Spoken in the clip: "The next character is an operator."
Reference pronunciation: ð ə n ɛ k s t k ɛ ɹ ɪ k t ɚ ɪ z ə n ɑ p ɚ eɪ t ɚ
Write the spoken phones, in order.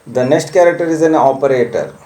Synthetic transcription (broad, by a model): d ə n ɛ k s t k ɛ ɹ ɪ k t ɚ ɪ z ə n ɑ p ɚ eɪ t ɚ